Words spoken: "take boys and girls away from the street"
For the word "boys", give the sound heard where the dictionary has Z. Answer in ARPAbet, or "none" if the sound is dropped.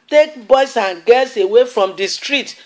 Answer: S